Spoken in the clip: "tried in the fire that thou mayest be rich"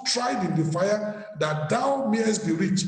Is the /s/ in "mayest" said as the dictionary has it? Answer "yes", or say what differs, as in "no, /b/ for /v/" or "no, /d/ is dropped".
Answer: yes